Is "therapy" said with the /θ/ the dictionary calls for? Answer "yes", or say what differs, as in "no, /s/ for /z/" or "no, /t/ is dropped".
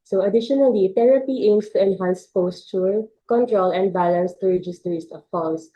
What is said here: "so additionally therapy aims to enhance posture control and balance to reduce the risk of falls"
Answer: no, /t/ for /θ/